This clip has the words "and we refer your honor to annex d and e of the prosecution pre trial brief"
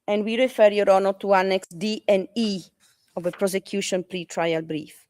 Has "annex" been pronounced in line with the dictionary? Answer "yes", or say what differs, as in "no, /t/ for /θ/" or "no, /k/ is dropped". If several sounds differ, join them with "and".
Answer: yes